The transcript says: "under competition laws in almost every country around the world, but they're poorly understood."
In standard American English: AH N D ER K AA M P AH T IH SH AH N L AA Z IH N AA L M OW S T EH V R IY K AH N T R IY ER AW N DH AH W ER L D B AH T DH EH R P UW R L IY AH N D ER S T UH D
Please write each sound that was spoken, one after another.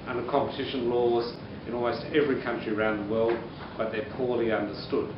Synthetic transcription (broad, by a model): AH N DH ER K AA M P AH T IH SH AH N L AA Z IH N AA L M OW S T EH V R IY K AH N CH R IY ER AW N DH AH W ER L D B AH T DH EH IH P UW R L IY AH N D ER S T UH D